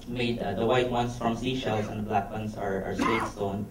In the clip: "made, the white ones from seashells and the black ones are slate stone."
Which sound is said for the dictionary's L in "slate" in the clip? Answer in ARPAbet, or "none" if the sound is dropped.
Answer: W